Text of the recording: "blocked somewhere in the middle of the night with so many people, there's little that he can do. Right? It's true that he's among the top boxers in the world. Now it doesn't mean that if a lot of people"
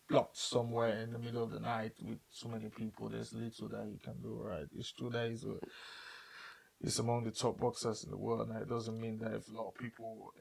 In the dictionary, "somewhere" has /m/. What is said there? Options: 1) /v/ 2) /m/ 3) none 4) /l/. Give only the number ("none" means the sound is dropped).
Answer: 2